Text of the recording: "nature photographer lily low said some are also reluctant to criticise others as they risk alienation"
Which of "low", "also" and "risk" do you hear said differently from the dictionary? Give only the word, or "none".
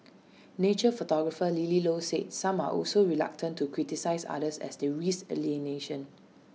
risk